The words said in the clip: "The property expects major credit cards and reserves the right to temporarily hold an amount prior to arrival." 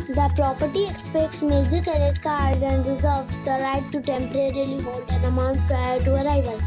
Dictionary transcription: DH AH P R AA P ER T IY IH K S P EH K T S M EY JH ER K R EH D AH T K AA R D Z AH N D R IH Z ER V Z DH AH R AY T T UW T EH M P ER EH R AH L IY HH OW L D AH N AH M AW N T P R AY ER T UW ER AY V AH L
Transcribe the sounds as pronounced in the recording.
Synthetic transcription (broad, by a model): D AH P R AA P ER T IY IH K S P EH K T S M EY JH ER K EH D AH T K AA R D AH N D R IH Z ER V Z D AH R AY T T UW T EH M P ER EH R AH L IY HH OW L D AH N AH M AW N T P R AY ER T UW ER AY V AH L